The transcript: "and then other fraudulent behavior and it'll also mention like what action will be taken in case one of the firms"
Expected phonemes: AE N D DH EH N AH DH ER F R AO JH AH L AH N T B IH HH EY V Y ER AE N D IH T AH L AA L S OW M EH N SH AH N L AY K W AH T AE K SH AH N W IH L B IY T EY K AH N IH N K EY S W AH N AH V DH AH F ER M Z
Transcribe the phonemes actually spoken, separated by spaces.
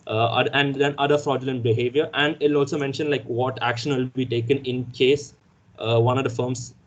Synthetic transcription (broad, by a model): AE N D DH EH N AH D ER F R AO JH AH L AH N T B IH HH EY V Y ER AE N D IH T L AA L S OW M EH N SH AH N L AY K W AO T AE K SH AH N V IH L B IY T EY K AH N IH N K EY S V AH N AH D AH F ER M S